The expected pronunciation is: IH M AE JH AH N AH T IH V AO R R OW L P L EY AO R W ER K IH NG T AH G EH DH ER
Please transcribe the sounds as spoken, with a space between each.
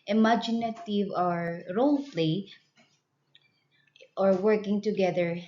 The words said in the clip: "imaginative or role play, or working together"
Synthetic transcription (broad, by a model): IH M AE JH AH N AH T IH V AO R R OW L F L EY AO R W ER K IH NG T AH G EH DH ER